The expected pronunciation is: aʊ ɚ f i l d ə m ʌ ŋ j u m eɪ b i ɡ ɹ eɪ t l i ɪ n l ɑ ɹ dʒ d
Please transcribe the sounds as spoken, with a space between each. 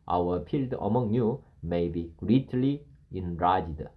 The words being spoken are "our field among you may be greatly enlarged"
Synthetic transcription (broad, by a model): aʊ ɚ p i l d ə m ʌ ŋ j u m eɪ b i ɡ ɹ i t l i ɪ n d ɑ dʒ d